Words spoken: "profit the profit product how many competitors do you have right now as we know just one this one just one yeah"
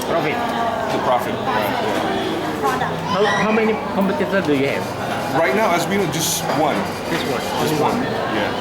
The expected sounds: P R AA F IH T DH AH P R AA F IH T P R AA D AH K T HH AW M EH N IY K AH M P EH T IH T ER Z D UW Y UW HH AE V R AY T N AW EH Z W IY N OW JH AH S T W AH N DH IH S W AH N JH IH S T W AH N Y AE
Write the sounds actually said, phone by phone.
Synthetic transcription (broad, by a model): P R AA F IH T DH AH P R AA F IH T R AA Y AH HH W HH AW M EH N IY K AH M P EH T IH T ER D UW Y UW HH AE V R AY T N AW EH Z W IY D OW JH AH S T W AH N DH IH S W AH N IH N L W AH N Y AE